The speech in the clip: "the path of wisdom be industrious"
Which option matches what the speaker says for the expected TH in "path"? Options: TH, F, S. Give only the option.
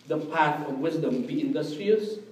F